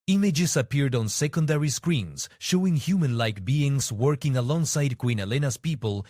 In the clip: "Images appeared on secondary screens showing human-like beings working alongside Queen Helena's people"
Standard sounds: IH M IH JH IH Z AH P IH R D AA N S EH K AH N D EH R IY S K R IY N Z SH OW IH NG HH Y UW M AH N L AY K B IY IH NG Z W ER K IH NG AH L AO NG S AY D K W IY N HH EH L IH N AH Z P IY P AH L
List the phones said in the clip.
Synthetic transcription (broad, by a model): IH M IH JH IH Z AH P IH R D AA N S EH K AH N D EH R IY S K R IY N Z SH OW IH NG HH Y UW M AH N L AY K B IY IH NG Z W ER K IH NG AH L AO NG S AY D K W IY N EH L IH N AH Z P IY P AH L